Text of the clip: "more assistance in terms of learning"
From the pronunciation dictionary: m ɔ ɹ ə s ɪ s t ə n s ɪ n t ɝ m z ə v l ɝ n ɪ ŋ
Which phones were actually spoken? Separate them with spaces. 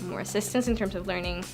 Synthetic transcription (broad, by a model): m ɔ ɹ ə s ɪ s t ə n s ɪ n t ɝ m z ə v l ɝ n ɪ ŋ